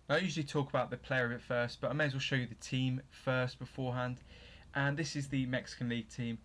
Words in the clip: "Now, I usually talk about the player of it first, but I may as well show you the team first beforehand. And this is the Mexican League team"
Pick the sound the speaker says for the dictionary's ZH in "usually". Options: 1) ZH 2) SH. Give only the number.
1